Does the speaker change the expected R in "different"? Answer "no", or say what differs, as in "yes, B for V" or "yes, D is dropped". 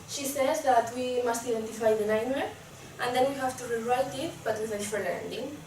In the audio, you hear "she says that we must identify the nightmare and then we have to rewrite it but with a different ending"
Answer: yes, R is dropped